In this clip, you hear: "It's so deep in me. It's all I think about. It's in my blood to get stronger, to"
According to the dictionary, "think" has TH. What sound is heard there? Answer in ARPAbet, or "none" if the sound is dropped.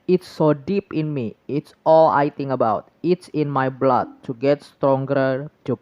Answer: T